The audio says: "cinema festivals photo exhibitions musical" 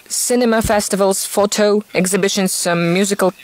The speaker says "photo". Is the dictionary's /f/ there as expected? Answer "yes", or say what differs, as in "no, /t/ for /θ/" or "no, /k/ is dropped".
yes